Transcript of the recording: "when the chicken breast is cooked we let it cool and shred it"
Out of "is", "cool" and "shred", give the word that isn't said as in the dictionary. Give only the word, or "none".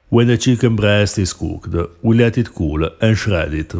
is